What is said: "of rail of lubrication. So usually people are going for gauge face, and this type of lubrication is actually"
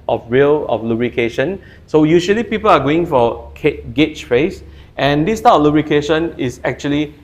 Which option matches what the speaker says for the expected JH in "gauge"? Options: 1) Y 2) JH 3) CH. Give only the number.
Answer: 3